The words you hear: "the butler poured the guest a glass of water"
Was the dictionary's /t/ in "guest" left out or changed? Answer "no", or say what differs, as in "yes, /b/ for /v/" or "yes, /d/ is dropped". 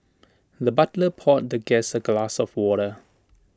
yes, /t/ is dropped